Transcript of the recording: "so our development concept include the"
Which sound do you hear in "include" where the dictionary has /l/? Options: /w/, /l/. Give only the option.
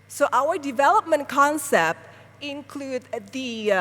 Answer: /l/